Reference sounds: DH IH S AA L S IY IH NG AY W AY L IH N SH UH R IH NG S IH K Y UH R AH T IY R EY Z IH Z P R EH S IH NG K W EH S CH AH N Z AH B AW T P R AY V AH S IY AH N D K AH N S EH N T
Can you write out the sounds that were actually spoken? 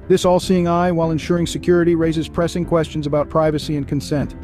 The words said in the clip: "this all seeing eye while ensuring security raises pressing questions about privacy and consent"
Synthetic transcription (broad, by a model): DH IH S AA L S IY IH NG AY W AY L IH N SH UH R IH NG S IH K Y UH R AH T IY R EY Z IH Z P R EH S IH NG K W EH S CH AH N Z AH B AW T P R AY V AH S IY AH N K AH N S EH N T